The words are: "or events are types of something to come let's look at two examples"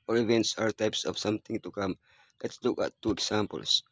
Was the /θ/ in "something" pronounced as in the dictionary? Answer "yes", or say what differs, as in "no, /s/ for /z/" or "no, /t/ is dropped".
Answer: no, /t/ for /θ/